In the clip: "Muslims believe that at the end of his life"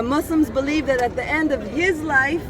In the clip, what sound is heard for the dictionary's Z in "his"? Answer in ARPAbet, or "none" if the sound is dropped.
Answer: Z